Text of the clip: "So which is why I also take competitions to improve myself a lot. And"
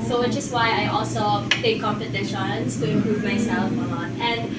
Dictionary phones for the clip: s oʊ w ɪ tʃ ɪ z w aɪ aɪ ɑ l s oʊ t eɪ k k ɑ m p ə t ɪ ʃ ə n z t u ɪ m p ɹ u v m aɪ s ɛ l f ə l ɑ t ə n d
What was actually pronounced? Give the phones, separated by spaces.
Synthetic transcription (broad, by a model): s oʊ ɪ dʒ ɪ s w aɪ aɪ ɑ l s oʊ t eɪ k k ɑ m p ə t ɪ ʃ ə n s t u ɪ m p ɹ u v m aɪ s ɛ l f ə n ɑ t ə n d